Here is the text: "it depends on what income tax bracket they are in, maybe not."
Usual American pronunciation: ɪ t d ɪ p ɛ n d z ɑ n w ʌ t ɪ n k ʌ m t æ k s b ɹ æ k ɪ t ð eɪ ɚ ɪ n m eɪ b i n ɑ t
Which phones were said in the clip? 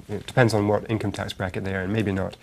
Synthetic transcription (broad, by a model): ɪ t d ɪ p ɛ n d z n w ʌ t ɪ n k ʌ m t æ k s b ɹ æ k ɪ t ð eɪ ɚ ɪ n m eɪ b i n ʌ t